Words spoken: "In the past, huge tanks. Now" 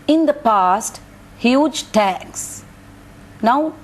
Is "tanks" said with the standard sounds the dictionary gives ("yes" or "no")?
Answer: no